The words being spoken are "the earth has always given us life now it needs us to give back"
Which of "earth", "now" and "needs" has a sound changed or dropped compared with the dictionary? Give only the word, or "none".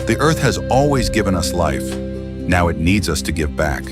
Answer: none